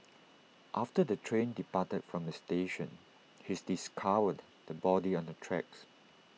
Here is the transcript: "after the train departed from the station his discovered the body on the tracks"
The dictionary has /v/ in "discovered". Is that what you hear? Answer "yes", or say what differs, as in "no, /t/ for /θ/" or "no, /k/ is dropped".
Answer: no, /w/ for /v/